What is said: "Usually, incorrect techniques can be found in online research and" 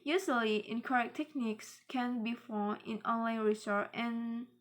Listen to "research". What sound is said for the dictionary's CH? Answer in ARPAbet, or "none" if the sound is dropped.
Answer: none